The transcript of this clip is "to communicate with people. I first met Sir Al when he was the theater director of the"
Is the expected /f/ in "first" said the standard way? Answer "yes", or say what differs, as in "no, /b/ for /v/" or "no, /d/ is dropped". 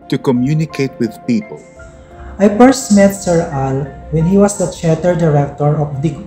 no, /p/ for /f/